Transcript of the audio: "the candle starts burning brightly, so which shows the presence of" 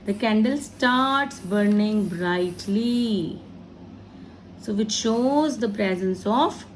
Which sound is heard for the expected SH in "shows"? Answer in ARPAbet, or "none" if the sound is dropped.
SH